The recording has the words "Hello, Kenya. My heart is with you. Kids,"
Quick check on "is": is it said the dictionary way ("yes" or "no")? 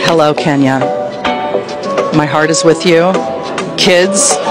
yes